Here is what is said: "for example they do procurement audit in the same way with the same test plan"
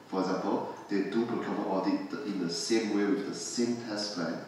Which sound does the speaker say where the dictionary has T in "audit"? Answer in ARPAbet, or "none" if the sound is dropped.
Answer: T